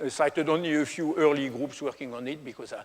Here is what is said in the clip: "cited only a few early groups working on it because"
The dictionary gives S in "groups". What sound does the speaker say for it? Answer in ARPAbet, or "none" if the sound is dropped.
S